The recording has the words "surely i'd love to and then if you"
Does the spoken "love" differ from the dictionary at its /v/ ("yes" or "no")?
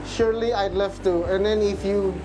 yes